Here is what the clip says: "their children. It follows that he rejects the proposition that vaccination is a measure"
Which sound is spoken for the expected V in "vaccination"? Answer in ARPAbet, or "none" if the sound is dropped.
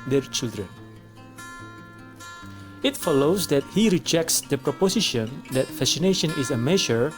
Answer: F